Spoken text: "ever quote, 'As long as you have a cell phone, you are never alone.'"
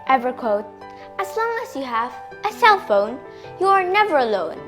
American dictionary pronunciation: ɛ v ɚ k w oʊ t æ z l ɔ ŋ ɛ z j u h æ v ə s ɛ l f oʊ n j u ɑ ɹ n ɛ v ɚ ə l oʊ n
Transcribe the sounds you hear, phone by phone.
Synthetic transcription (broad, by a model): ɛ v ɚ k w oʊ t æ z l ɔ ŋ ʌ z j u h æ v ə s ɛ l f oʊ n j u ɑ ɹ n ɛ v ɚ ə l oʊ n